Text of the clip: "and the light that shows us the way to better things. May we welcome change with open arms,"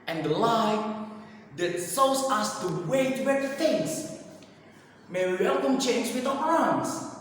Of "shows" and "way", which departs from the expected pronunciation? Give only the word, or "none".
shows